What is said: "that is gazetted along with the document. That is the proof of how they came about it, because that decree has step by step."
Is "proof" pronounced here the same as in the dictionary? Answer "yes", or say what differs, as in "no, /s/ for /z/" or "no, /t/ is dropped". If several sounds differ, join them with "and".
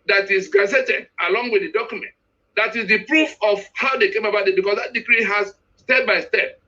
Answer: yes